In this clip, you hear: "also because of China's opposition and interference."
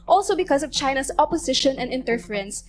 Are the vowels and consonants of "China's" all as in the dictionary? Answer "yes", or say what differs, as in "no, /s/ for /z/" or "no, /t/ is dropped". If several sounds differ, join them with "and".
no, /s/ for /z/